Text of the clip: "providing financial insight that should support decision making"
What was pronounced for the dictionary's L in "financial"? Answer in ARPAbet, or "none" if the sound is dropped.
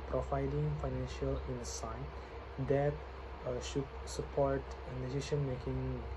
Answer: L